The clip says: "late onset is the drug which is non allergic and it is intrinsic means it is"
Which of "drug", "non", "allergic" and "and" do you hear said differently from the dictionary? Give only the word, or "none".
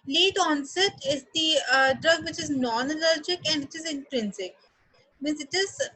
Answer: none